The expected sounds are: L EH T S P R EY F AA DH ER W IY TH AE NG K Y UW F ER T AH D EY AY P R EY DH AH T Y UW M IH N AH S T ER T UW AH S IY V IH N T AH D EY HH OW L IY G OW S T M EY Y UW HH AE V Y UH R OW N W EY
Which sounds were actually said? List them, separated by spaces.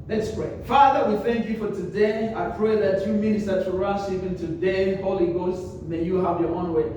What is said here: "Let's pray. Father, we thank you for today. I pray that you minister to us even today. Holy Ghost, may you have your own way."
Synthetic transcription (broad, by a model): L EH T S P R EY F AA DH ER W IY TH AE NG K Y UW F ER T AH D EY AY P R EY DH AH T Y UW M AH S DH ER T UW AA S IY P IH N T AH D EY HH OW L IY G OW S T M EY Y UW HH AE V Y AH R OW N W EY